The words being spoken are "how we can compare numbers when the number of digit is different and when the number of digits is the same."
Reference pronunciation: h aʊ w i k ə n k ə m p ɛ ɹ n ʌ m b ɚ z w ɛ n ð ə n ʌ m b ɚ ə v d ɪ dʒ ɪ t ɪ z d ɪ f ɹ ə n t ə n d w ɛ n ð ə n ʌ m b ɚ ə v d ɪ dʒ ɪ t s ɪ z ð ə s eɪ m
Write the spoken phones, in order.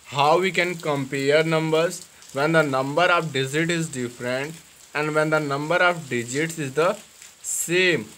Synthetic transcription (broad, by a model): h aʊ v i k ə n k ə m p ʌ ɹ n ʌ m b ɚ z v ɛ n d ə n ʌ m b ɚ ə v d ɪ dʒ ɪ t ɪ z d ɪ f ɹ ə n t ə n d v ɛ n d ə n ʌ m b ɚ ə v d ɪ dʒ ɪ t s ɪ z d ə s eɪ m